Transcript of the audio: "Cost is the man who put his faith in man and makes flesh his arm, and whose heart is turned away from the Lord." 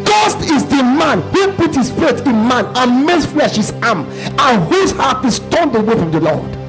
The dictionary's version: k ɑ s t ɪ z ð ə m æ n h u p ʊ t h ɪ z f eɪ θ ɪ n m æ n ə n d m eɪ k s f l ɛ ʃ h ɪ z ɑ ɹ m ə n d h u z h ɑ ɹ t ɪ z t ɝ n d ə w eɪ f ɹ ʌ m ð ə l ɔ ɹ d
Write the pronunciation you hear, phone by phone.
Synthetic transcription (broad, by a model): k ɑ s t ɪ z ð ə m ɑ n h u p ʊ t h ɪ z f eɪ s ɪ n m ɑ n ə n m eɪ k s f l ɛ ʃ h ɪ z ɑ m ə n h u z h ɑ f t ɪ s t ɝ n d ə w eɪ f ɹ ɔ m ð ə l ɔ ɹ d